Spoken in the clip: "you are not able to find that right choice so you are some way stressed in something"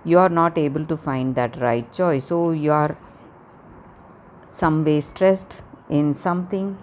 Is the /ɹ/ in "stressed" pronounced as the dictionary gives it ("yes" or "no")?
yes